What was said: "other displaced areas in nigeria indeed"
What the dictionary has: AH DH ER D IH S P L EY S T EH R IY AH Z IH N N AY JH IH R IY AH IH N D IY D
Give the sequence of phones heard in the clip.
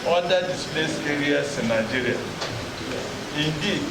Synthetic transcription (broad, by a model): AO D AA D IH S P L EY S EH R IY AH S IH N N AY JH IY R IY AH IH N D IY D